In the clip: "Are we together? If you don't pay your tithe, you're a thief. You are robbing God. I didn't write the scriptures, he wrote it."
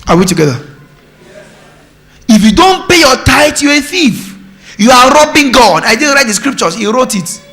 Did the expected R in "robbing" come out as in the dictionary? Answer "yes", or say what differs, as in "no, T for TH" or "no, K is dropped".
yes